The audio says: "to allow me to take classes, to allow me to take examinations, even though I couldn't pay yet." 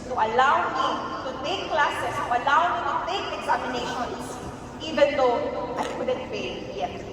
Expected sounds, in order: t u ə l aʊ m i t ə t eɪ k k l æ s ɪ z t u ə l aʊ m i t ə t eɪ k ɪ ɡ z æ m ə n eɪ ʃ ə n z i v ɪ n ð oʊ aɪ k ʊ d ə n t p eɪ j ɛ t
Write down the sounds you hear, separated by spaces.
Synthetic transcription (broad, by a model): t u ə l aʊ m i t ə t eɪ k k l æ s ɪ s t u ə l aʊ m i t ə t eɪ k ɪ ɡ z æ m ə n eɪ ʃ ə n s i v ɪ n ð oʊ aɪ k ʊ d ə n t f eɪ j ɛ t